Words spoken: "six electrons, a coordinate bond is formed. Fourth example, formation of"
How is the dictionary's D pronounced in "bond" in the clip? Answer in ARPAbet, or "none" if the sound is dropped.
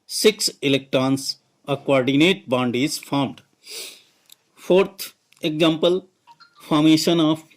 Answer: D